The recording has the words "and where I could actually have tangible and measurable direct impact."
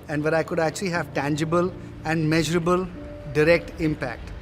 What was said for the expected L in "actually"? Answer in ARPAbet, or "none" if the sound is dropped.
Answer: L